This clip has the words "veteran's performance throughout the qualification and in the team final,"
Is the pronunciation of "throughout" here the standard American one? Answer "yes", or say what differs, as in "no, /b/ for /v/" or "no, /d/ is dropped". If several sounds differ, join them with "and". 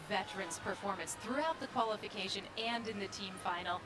yes